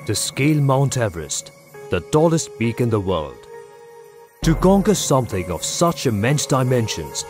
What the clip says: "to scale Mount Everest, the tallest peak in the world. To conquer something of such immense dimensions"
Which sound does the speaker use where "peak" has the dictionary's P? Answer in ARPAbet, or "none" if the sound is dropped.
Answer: B